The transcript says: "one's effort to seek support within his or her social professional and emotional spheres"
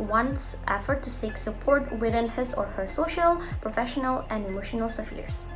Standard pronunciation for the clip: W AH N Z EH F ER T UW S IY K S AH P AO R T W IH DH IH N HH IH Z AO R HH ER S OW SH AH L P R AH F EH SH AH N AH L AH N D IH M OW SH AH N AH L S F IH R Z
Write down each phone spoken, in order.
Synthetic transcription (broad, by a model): W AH N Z EH F ER T UW S IY K S AH P AO R T W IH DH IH N HH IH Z AO R HH ER S OW SH AH L P R AH F EH SH AH N AH L AH N D IH M OW SH AH N AH L S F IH R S